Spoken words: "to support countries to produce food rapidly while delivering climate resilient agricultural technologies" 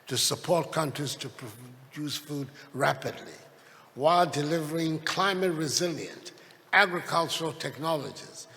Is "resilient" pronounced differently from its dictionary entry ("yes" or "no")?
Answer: no